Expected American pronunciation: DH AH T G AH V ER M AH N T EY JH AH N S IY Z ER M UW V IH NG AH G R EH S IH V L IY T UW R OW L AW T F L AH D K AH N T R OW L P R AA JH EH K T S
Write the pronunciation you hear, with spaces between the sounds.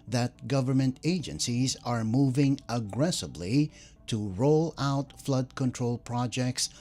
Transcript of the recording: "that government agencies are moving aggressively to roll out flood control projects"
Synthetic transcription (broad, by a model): DH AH T G AH V ER M AH N T EY JH AH N S IY Z ER M UW V IH NG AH G R EH S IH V L IY T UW R OW L AW T F L AH D K AH N T R OW L P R AA JH EH K T S